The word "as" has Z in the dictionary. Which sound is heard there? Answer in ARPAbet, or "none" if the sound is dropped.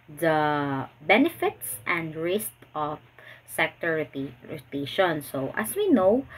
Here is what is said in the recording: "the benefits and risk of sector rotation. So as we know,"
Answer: S